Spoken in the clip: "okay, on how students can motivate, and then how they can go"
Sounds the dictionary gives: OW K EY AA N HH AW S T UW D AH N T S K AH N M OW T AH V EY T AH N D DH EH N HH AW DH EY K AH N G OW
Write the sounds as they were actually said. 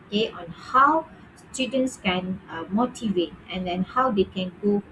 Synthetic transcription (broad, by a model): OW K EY AA N HH AW S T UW D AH N S K AH N M OW T AH V EY T AH N D EH N HH AW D EY K AH N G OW